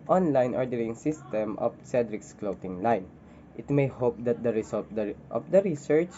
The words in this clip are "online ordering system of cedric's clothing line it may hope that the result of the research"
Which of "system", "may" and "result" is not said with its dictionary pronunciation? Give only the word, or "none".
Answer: result